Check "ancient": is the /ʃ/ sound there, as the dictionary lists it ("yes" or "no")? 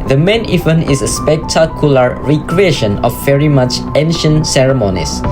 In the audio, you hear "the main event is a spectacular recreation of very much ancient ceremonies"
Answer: yes